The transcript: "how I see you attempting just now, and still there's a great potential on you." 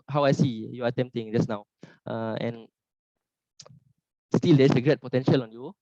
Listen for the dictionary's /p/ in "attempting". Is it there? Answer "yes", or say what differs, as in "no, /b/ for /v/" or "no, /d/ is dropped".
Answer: no, /p/ is dropped